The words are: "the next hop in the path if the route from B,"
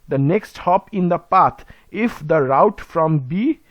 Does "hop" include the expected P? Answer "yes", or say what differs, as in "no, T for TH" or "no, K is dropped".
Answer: yes